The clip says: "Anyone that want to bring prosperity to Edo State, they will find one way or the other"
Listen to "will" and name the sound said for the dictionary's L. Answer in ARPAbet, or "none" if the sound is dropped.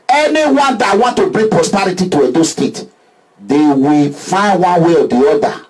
L